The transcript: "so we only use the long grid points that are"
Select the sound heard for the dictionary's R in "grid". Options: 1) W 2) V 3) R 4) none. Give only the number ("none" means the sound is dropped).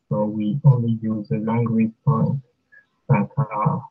1